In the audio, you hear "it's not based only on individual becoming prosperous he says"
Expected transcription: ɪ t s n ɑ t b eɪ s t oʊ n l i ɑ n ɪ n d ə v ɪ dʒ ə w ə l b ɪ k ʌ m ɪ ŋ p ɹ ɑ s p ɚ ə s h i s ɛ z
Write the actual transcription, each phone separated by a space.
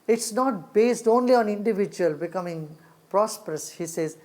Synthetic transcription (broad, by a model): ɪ t s n ɑ t b eɪ s t oʊ n l i ɑ n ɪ n d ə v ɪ dʒ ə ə l b ɪ k ʌ m ɪ ŋ p ɹ ɑ s p ɚ ə s h i s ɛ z